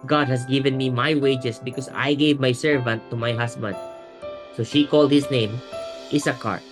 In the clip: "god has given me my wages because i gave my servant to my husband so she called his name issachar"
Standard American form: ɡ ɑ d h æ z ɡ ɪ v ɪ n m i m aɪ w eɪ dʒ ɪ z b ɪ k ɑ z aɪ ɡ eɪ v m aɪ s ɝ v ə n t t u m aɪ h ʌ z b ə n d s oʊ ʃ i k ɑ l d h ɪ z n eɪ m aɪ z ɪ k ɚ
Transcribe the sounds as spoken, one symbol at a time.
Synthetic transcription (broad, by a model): ɡ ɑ d h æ s ɡ ɪ v ɪ n m i m aɪ w eɪ dʒ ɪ s b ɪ k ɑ s aɪ ɡ eɪ v m aɪ s ɝ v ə n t t u m aɪ h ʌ s b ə n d s oʊ ʃ i k ɑ l d h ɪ s n eɪ m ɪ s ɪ k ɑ